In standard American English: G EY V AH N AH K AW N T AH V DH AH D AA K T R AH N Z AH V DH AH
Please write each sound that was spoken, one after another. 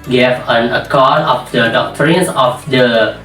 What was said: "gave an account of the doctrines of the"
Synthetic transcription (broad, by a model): G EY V AH N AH K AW T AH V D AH D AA K T R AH N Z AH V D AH